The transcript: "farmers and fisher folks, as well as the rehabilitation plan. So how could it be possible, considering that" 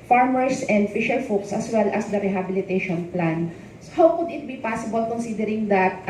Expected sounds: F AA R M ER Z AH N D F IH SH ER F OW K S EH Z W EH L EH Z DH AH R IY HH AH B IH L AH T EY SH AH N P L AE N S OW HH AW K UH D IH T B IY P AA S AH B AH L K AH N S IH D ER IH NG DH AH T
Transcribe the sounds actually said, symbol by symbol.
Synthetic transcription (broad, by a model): F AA R M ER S AH N D F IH SH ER F OW K S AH S W EH L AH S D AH R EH HH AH B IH L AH T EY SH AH N P L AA N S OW HH AW K UH D IH T B IY P AA S AH B AH L K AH N S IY D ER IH NG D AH T